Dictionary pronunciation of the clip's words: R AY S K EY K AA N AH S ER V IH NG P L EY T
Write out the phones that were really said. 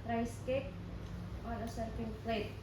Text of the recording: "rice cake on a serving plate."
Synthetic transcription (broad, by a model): R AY S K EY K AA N AH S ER F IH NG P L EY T